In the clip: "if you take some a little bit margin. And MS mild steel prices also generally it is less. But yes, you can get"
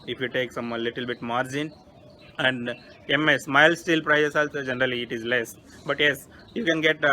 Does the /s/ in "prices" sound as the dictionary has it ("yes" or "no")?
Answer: no